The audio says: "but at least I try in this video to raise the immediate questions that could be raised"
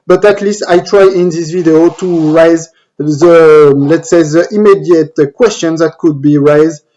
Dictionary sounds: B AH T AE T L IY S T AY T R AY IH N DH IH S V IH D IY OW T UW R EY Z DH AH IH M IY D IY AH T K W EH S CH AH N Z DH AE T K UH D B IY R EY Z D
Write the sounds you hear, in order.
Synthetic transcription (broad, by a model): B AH T AE T L IY S T AY T R AY IH N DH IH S V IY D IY OW T UW R EY Z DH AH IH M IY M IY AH T K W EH S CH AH N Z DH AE T K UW D B IY R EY Z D